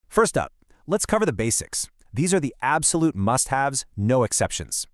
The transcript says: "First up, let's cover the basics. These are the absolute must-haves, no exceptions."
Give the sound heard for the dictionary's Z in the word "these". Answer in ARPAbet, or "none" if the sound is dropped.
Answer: Z